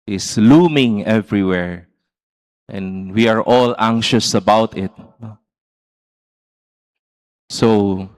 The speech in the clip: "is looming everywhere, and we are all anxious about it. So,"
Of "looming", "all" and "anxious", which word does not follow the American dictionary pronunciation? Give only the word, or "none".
none